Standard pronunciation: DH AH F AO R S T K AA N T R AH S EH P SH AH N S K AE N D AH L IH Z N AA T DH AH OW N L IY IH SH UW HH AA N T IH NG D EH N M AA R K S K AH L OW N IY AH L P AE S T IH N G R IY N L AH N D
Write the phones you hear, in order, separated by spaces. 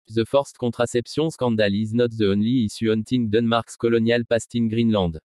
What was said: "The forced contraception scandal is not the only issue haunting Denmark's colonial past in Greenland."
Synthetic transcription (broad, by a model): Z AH F AO R S T K AA T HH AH S EH P S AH S K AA D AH L IH Z N AA T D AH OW N L IY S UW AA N T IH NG D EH N M AA R K S K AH L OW N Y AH L P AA S T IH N G R IY N L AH D